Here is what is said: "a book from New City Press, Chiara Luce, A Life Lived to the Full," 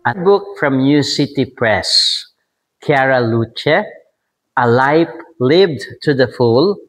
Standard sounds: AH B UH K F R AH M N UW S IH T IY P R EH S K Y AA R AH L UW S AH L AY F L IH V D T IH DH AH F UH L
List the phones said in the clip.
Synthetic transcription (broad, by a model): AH B UH K F R AH M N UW S IH T IY P R EH S K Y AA R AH L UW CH AH L AY P L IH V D T IH DH AH F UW L